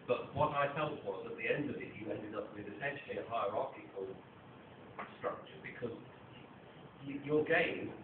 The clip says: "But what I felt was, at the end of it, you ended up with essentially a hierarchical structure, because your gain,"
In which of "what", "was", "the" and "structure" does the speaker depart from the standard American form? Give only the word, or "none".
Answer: none